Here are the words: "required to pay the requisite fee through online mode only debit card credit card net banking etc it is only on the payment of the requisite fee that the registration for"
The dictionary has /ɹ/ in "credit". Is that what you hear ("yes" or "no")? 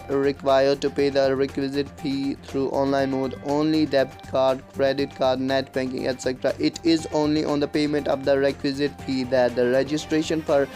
yes